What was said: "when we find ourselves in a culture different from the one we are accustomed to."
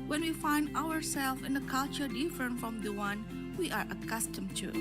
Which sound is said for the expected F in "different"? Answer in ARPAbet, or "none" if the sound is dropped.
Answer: F